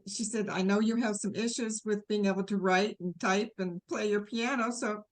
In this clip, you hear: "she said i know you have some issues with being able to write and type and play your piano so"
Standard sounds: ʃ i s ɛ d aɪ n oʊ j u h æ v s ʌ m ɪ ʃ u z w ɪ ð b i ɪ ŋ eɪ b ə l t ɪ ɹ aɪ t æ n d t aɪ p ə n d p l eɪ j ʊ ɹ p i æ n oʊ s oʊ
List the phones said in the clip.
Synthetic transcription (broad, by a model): ʃ i s ɛ d aɪ n oʊ j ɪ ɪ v s ʌ m ɪ ʃ u z w ɪ ð b i ɪ ŋ eɪ b l t ɪ ɹ aɪ t n t aɪ p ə n p l eɪ j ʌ ɹ p i æ n oʊ s oʊ